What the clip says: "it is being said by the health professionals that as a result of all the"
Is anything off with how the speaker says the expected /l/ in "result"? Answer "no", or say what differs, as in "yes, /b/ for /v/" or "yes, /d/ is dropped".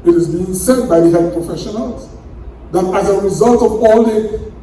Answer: no